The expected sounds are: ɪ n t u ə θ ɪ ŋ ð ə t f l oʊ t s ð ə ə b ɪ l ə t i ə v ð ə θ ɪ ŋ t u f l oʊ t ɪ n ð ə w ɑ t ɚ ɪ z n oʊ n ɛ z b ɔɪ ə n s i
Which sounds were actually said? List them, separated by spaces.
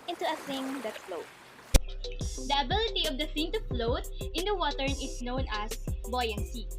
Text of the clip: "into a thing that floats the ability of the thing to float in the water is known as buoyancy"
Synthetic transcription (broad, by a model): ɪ n t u ə θ ɪ ŋ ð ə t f l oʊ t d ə ə b ɪ l ə t i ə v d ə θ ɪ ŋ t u f l oʊ t ɪ n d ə w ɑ t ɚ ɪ s n oʊ n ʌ s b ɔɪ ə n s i